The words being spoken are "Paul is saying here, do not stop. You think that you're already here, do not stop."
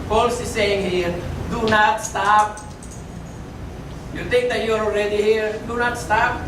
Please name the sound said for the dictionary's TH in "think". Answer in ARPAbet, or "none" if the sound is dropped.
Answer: T